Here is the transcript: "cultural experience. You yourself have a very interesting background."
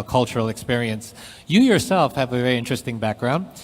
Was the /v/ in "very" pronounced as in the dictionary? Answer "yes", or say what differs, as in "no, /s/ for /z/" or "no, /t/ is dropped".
yes